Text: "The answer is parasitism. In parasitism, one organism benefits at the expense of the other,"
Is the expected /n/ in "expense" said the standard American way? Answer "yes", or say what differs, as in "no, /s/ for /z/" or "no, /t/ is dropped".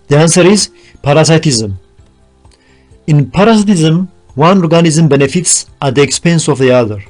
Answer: yes